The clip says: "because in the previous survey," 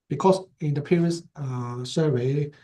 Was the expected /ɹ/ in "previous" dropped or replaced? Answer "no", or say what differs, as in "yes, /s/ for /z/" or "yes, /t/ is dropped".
yes, /ɹ/ is dropped